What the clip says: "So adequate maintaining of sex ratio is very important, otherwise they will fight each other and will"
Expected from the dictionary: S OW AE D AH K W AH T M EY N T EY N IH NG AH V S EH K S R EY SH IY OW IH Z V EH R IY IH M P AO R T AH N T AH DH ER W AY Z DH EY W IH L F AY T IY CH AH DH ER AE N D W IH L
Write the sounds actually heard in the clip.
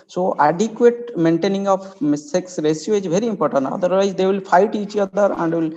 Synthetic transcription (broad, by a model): S OW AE D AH K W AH T M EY N T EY N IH NG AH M S EH K S R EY S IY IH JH V EH R IY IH M P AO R T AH N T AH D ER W AY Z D EY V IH L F AY T IY CH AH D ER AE N D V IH L